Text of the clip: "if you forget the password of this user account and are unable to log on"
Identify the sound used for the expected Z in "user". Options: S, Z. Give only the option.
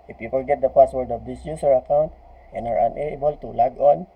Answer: S